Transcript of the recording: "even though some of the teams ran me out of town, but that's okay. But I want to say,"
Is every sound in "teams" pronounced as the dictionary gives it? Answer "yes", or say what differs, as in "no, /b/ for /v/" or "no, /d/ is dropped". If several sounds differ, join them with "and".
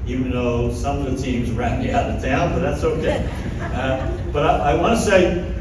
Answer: yes